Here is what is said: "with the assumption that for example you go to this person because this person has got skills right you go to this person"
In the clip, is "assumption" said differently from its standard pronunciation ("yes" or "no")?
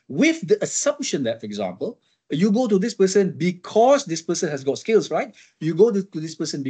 no